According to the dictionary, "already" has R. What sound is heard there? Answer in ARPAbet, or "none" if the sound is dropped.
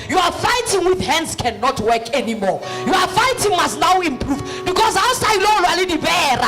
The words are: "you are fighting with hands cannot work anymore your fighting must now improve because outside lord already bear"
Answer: none